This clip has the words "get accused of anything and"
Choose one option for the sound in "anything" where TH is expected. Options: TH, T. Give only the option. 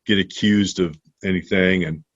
TH